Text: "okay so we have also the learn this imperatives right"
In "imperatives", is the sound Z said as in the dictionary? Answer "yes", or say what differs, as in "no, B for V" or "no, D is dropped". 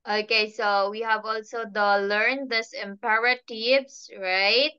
no, S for Z